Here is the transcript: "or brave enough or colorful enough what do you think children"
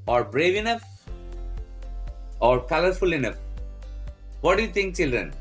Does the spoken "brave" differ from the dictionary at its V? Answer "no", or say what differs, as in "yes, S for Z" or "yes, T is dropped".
no